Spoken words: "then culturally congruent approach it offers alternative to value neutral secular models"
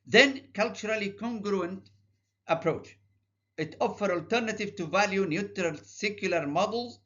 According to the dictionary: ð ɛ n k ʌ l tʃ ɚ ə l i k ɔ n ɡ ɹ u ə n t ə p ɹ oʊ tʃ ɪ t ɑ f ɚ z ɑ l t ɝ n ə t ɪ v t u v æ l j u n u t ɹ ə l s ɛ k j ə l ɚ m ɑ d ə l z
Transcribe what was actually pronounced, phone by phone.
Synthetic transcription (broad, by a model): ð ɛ n k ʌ l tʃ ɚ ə l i k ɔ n ɡ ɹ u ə n t ə p ɹ oʊ tʃ ɪ t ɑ f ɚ ɑ l t ɝ n ə t ɪ v t u v æ l j u n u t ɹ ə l s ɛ k j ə l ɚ m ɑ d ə l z